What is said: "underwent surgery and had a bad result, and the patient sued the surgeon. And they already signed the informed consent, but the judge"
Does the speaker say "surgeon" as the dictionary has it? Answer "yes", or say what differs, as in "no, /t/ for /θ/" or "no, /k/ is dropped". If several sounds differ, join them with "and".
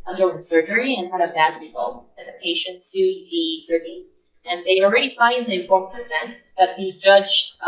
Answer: no, /n/ is dropped